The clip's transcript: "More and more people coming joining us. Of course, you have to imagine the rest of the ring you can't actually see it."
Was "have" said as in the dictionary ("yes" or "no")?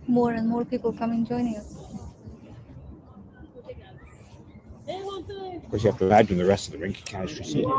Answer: no